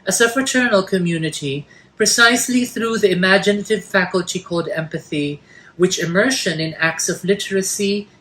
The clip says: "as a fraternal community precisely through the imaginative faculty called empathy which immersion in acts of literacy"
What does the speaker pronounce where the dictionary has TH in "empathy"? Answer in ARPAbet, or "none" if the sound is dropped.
TH